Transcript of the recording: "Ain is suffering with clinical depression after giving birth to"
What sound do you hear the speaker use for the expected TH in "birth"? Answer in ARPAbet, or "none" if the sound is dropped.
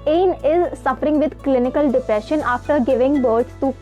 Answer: S